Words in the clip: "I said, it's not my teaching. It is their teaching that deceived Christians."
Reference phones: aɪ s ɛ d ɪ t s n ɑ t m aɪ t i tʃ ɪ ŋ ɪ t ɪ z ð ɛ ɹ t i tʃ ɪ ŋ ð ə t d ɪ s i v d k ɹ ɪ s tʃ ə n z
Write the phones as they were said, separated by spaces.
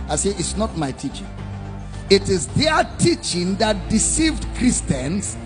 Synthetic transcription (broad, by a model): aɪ s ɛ ɪ t s n ɑ t m aɪ t i tʃ ɪ ŋ ɪ t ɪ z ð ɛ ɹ t i tʃ ɪ ŋ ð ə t d ɪ s i v d k ɹ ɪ s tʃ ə n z